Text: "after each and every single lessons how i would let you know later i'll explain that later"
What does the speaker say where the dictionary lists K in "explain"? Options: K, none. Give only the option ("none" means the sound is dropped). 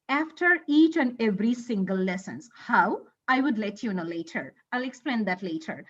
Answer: K